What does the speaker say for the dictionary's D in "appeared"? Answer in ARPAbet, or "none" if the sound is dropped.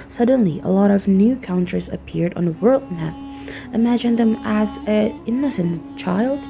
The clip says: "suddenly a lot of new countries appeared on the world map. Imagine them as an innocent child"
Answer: D